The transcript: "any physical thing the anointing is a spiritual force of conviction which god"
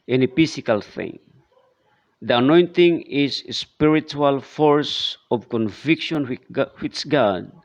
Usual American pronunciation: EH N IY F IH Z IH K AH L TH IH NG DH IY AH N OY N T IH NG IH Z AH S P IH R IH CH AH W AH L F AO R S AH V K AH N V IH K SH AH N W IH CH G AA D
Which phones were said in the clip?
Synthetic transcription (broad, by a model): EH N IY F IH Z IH K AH L TH IH NG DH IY AH N OY N T IH NG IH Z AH S P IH R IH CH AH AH L F AO R S AH V K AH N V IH K SH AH N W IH S G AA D